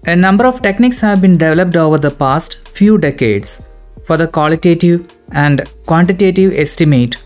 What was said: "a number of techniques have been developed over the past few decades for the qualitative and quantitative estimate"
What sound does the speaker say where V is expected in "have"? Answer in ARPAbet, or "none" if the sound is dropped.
V